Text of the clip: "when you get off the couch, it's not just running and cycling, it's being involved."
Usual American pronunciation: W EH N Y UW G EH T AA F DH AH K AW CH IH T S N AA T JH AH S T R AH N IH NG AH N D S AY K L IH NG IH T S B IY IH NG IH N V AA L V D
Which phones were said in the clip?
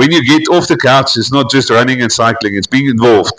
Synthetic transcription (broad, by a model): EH N Y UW G EH T AA F DH AH K AW CH IH T S N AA T JH AH S T R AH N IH NG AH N S AY K L IH NG IH T S B IY IH NG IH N V AA L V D